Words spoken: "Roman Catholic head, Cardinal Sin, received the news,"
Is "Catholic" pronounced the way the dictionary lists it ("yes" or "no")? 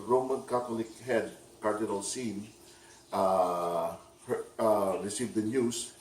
no